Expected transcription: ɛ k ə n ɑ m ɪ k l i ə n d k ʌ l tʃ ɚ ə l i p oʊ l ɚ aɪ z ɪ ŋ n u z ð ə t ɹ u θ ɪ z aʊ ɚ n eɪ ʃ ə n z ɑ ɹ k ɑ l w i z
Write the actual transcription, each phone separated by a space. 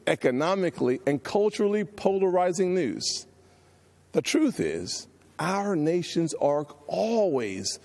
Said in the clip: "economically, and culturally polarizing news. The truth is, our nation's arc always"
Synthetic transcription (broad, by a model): ɛ k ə n ɑ m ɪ k l i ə n k ʌ l tʃ ɚ l i p oʊ l ɚ aɪ z ɪ ŋ n u z ð ə t ɹ u θ ɪ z aʊ ɚ n eɪ ʃ ə n z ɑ ɹ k ɑ l w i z